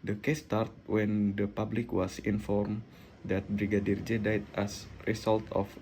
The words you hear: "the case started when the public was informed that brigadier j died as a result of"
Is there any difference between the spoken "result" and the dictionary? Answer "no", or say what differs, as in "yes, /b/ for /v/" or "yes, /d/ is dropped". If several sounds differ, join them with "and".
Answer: yes, /s/ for /z/